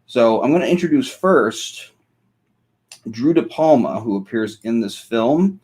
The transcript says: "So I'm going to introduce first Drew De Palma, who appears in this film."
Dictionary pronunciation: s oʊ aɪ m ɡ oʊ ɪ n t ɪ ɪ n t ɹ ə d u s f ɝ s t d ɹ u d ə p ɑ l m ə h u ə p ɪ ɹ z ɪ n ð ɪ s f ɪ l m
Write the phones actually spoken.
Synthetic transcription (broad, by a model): s oʊ aɪ m ɡ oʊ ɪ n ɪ ɪ n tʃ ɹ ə d u s f ɝ s t d ɹ u d ə p ɑ l m ə h u ə p ɪ ɹ z ɪ n ð ɪ s f ɪ l m